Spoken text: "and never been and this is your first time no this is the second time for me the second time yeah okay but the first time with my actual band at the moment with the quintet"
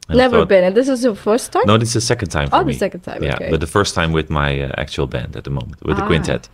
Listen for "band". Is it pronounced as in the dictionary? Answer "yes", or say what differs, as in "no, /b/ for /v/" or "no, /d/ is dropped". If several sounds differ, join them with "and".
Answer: yes